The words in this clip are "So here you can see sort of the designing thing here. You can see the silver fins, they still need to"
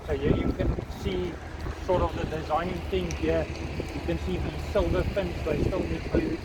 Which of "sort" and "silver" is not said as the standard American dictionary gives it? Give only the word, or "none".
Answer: none